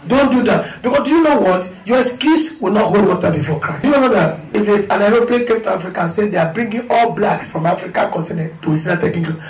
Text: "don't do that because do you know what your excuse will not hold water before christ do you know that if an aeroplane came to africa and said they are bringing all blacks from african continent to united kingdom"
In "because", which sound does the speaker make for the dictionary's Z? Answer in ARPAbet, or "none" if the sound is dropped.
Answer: S